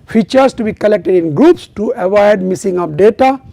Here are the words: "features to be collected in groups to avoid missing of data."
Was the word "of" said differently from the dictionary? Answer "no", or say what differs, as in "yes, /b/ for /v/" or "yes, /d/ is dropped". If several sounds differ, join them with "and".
yes, /p/ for /v/